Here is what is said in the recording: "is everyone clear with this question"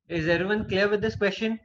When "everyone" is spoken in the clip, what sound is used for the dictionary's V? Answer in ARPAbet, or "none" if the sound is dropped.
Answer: none